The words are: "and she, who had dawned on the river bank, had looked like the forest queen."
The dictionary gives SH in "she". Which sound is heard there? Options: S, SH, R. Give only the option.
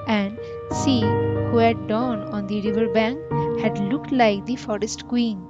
S